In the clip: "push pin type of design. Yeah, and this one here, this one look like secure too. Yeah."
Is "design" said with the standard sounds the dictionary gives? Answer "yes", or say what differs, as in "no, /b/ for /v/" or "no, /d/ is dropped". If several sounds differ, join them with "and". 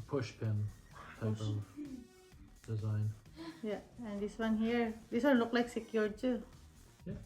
yes